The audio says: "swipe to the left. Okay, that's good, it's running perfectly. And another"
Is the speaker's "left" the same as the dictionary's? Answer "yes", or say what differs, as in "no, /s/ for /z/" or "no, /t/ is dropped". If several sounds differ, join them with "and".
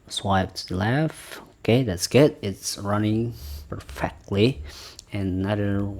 no, /t/ is dropped